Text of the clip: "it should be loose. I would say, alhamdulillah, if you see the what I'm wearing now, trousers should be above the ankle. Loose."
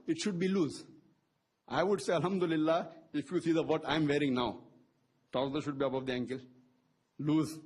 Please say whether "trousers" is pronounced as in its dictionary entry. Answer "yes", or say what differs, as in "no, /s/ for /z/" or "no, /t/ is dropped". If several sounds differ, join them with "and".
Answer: no, /ɹ/ is dropped